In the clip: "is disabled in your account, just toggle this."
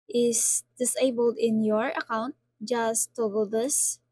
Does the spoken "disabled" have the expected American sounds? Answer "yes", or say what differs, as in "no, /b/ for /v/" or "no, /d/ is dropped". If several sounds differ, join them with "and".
yes